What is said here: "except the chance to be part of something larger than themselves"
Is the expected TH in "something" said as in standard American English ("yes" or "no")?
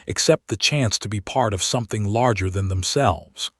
yes